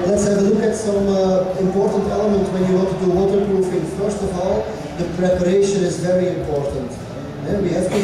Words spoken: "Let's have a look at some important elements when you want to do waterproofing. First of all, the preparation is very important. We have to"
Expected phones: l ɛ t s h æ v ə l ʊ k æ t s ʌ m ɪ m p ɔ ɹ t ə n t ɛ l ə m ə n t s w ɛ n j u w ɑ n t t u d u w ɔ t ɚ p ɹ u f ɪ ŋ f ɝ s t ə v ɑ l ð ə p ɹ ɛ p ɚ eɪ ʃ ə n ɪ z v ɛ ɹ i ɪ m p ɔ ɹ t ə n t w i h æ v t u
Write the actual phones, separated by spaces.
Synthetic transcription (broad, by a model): l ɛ t s h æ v ə l ʊ k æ t s ʌ m ɪ m p ɔ ɹ t ə n t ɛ l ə m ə n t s w ɛ n j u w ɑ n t t u d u w ɔ t ɚ p ɹ u f ɪ ŋ f ɝ s t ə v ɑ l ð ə p ɹ ɛ p ɚ eɪ ʃ ə n ɪ z v ɛ ɹ i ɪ m p ɔ ɹ t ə n t w i h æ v t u